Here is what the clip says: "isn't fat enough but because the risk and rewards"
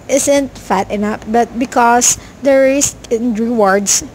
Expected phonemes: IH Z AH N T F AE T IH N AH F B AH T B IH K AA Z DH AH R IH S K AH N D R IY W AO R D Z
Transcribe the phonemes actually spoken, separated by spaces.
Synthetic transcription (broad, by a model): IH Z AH N T F AE T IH N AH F B AH T B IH K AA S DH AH R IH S AH N D R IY W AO R D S